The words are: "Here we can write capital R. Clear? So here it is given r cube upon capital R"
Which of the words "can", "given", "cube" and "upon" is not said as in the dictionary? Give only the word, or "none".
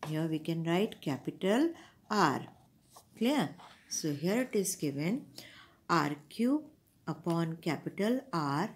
cube